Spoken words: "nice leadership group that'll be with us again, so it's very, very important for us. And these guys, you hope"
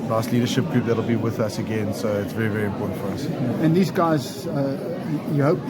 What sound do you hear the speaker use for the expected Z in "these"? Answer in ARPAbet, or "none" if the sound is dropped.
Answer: Z